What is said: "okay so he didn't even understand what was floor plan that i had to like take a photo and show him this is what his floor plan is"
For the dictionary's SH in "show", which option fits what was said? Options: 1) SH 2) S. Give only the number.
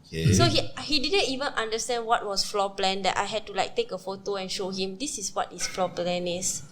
1